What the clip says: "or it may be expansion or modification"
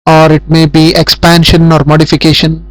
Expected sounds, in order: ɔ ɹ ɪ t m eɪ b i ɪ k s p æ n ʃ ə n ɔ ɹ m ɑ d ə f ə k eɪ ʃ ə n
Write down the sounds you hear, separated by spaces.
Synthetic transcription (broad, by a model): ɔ ɹ ɪ t m eɪ b i ɪ k s p æ n ʃ ə n ɔ ɹ m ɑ d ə f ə k eɪ ʃ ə n